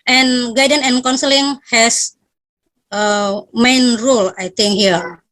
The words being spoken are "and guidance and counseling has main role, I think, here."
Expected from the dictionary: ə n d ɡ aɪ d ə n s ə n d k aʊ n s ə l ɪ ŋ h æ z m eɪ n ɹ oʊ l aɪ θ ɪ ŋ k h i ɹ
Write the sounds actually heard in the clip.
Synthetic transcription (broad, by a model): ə n ɡ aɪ d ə n ə n k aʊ n s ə l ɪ ŋ h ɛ s m eɪ n ɹ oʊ l aɪ t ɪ ŋ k h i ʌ